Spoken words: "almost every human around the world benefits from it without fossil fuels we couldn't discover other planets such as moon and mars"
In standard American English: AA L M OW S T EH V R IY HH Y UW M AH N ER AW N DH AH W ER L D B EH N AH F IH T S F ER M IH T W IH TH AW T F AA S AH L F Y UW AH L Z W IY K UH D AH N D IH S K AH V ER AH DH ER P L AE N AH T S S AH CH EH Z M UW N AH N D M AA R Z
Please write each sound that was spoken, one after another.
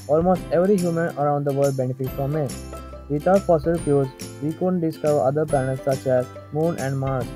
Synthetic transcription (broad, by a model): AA L M OW S T EH V R IY HH Y UW M AH N ER AW N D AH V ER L D B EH N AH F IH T F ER M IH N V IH T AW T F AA S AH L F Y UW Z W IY K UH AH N D IH S K AH V ER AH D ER P AE N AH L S S AH CH EH Z M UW N AH N D M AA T